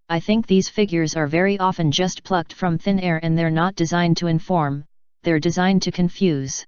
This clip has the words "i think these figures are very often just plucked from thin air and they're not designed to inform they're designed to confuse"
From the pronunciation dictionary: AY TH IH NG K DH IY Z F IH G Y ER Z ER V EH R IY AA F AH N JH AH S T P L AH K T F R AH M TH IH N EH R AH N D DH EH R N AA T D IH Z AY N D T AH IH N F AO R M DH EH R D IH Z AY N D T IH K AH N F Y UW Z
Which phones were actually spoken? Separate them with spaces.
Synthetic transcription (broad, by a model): AY TH IH NG K DH IY Z F IH G Y ER Z ER V EH R IY AA F AH N JH AH S T P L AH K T F R AH M TH IH N EH R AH N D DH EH R N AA T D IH Z AY N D T AH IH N F AO R M DH EH R D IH Z AY N T IH K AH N F Y UW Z